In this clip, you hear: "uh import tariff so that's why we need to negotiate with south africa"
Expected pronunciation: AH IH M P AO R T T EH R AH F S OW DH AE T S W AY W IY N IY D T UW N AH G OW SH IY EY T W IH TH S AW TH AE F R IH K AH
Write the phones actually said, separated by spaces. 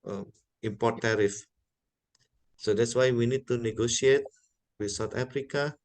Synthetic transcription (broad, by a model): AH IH M P AO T T EH R AH F S OW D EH T S W AY W IY N IY D T UW N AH G OW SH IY EY T W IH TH S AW T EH F R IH K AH